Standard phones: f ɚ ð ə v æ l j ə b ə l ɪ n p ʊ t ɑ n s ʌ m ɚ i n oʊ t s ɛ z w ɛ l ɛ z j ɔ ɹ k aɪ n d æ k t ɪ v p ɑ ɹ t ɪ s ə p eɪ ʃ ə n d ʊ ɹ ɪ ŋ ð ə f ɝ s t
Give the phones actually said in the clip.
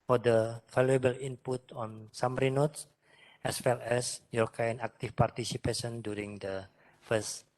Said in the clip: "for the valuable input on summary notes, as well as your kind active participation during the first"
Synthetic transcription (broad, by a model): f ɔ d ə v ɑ l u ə b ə l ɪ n p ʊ t ɑ n s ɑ m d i n oʊ t s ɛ s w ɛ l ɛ s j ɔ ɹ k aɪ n ɑ k t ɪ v p ɑ ɹ t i s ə p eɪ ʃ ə n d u ɹ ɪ ŋ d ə f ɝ s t